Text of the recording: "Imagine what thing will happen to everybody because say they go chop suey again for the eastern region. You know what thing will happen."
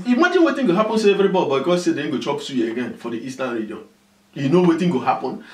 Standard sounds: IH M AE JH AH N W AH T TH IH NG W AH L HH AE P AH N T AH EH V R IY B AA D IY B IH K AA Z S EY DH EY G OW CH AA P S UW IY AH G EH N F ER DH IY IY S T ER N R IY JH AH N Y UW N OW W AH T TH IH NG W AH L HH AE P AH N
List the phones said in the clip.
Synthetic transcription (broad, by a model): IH M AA JH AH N W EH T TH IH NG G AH HH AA P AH N S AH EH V R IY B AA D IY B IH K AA S EY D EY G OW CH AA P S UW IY AH G EH N F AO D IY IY S T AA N R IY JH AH N Y UW N OW W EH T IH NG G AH HH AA P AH N